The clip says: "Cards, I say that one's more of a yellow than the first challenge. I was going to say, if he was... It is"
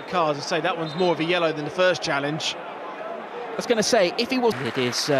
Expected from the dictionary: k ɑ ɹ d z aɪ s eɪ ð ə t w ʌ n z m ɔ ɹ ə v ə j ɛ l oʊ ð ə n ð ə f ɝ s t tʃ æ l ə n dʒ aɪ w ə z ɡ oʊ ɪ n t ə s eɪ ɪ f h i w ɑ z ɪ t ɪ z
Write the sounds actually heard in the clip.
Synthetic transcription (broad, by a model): k ɑ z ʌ s eɪ ð ə t w ʌ n z m ɔ ɹ ə v ə j ɛ l oʊ ð ə n ð ə f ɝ s tʃ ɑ l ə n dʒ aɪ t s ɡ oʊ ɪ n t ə s eɪ ɪ f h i w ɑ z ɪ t ɪ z